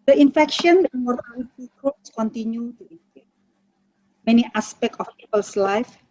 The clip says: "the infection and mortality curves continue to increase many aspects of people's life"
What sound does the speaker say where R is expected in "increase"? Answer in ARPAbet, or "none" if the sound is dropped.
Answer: none